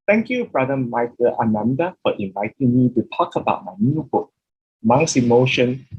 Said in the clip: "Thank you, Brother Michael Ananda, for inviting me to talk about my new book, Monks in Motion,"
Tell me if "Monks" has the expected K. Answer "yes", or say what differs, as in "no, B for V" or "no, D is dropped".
no, K is dropped